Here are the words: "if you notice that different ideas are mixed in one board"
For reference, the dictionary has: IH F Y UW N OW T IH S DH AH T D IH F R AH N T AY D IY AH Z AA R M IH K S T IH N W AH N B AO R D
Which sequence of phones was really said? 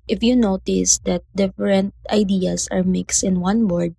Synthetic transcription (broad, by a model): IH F Y UW N OW T IH S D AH T D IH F R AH N T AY D IY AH S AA R M IH K S T IH N W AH N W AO R D